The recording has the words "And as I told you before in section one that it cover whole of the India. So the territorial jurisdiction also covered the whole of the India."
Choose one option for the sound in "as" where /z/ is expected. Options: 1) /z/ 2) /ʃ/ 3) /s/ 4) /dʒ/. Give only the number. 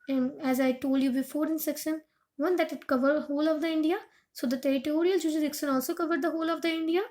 1